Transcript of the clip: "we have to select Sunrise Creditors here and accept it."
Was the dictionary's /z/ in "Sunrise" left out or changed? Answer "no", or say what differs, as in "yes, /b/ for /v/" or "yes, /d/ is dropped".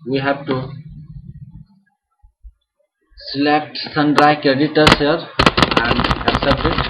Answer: yes, /z/ is dropped